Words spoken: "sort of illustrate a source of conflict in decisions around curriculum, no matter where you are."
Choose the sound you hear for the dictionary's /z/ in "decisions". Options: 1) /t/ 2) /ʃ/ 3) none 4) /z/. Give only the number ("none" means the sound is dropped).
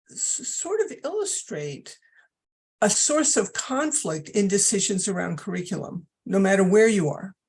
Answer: 4